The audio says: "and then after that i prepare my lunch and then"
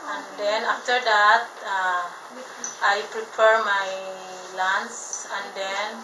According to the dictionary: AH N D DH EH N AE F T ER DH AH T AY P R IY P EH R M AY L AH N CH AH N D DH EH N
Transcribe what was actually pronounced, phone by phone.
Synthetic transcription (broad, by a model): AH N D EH N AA F T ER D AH T AY P R IY P EH R M AY L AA N S AH N D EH N